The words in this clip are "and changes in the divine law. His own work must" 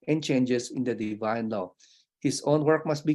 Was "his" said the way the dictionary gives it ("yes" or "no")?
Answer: no